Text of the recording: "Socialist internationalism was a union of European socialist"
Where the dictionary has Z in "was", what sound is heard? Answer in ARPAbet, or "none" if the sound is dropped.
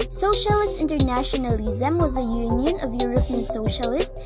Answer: Z